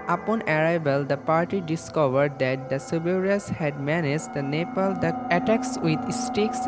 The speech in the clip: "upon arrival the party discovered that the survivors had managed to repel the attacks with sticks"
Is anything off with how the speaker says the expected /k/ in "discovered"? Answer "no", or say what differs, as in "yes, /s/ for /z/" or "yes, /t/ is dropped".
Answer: no